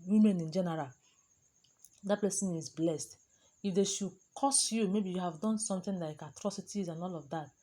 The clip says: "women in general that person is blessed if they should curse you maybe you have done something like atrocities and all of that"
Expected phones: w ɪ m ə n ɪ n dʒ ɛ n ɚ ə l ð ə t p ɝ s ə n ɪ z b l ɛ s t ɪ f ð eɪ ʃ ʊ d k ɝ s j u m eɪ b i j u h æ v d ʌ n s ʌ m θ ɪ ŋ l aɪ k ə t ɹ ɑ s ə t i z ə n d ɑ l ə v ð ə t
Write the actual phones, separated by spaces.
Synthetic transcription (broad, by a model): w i m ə n ɪ n dʒ ɛ n ɚ ə l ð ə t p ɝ s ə n ɪ z b l ɛ s t ɪ f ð eɪ ʃ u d k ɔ s j u m eɪ b i j u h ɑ v d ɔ n s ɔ m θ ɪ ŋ l aɪ k ə t ɹ ɑ s ə t i z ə n ɑ l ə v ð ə t